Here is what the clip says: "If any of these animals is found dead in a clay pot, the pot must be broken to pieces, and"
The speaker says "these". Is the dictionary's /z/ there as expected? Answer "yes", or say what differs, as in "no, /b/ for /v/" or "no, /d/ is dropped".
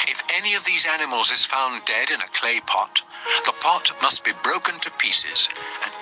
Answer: yes